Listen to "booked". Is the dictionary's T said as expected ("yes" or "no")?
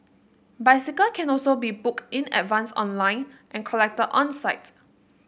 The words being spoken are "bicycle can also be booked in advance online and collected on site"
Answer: no